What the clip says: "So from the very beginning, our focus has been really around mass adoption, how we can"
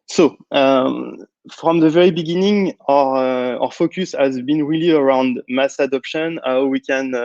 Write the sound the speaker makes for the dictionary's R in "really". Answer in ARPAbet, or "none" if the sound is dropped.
R